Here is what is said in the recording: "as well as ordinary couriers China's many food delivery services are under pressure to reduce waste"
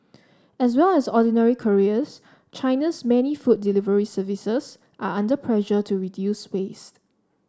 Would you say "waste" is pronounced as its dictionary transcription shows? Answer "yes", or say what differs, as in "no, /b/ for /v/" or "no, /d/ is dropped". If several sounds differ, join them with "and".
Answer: yes